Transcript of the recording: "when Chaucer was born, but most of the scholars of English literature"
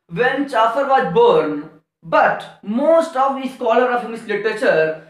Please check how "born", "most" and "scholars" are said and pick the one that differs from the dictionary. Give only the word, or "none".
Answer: scholars